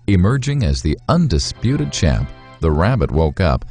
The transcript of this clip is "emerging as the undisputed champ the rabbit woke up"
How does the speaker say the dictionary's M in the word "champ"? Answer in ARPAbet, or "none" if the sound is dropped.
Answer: none